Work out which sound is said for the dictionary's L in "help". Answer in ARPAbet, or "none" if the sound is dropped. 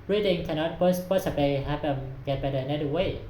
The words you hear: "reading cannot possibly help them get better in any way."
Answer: none